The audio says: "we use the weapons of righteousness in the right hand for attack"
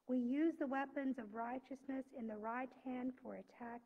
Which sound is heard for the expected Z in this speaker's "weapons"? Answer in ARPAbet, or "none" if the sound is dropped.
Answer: Z